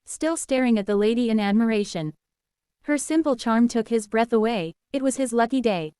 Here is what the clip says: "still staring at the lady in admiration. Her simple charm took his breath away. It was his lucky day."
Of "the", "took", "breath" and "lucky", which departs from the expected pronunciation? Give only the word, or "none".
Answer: none